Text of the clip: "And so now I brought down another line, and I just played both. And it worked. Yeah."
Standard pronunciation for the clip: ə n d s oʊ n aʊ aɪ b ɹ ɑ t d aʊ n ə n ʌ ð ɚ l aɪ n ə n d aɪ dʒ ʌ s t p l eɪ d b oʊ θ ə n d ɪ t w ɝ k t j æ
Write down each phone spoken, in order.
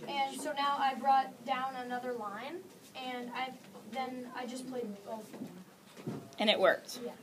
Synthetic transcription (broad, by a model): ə n s oʊ n aʊ aɪ b ɹ ɑ t d aʊ n ə n ʌ ð ɚ l aɪ n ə n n aɪ dʒ ʌ s p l eɪ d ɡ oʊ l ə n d ɪ t w ɝ k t j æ